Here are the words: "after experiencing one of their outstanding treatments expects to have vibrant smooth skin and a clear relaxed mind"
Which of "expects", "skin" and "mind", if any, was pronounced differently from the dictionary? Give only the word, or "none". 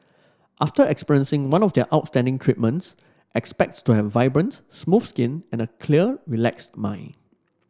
mind